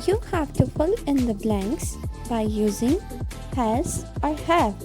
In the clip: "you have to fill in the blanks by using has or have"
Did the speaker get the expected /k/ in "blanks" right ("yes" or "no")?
yes